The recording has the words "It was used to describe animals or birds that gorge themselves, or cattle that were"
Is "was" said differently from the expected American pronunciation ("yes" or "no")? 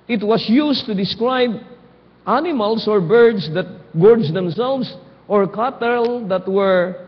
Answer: yes